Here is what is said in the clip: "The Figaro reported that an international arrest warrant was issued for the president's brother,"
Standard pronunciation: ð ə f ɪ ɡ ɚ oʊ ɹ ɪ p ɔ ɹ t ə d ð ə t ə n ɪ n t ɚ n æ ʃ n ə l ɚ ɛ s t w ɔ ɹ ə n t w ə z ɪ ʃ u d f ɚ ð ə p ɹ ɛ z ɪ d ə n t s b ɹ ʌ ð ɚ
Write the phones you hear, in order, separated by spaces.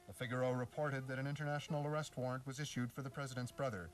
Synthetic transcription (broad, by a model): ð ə f ɪ ɡ ɚ oʊ ɹ ɪ p ɔ ɹ t ə d ð ə t ə n ɪ n t ɚ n æ ʃ n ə l ɚ ɛ s t w ɔ ɹ ə n t w ə z ɪ ʃ u d f ɚ ð ə p ɹ ɛ z ɪ d ə n t s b ɹ ʌ ð ɚ